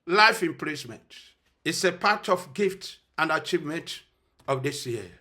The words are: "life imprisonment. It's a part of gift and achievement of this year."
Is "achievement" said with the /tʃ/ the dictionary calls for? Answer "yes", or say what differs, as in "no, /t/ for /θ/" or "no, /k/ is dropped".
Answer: yes